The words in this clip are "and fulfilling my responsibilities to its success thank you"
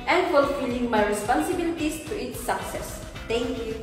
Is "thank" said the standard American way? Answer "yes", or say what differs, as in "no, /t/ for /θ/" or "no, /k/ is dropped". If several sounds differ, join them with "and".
no, /t/ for /θ/